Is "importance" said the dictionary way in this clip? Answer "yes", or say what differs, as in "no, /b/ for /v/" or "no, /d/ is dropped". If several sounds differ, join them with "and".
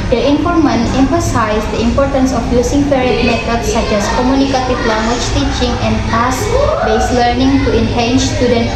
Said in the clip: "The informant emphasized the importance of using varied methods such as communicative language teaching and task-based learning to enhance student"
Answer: yes